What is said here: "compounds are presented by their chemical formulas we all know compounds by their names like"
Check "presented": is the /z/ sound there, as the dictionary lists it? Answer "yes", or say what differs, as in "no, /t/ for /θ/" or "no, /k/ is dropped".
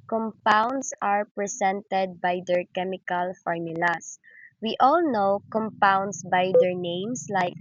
no, /s/ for /z/